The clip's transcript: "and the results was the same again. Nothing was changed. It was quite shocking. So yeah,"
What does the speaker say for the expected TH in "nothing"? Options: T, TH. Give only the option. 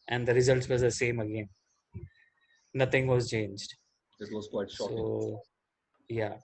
T